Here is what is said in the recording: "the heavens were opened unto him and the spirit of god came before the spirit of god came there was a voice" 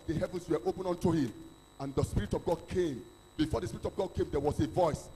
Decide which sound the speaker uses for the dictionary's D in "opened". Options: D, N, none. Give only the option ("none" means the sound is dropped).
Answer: none